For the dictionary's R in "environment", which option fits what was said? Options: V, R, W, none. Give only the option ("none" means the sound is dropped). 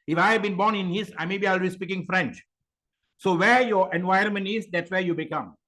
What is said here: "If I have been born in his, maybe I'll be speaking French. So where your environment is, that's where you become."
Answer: none